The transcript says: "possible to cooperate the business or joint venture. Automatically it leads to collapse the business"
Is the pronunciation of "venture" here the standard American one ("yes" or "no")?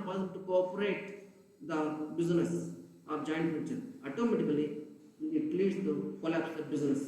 no